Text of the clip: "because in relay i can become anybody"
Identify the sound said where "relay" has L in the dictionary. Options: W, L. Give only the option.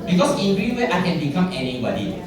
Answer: W